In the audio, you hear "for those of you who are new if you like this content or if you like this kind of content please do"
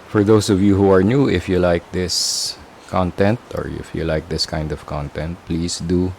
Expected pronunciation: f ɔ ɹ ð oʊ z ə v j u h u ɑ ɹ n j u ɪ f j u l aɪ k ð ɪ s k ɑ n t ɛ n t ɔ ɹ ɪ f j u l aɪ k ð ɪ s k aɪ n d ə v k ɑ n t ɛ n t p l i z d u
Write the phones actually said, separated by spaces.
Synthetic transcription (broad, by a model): f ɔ ɹ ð oʊ s ə v j u h u ɑ ɹ n j u ɪ f j u l aɪ k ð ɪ s k ɑ n t ɛ n t ɔ ɹ ɪ f j u l aɪ k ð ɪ s k aɪ n d ə v k ɑ n t ɛ n t p l i s d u